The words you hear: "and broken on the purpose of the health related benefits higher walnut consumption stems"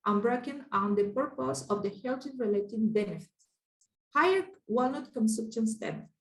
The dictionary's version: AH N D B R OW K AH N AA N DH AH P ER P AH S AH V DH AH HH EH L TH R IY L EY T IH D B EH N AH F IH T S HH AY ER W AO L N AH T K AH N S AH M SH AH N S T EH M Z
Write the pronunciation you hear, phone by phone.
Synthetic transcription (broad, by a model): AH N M B R OW K AH N AA N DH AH P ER P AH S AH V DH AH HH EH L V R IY L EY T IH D B EH N AH F IH T S HH AY ER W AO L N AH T K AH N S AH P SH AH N S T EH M